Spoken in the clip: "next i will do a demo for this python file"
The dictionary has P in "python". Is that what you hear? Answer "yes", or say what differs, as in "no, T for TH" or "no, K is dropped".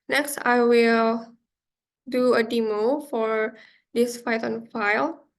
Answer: no, F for P